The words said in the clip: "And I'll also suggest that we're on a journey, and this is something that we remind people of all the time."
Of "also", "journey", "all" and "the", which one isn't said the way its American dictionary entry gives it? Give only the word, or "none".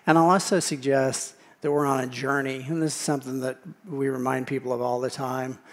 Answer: also